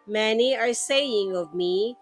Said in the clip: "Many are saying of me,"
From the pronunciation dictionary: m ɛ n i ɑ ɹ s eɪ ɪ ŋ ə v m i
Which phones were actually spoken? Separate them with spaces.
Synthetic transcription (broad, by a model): m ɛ n i ɑ ɹ s eɪ ɪ ŋ ə v m i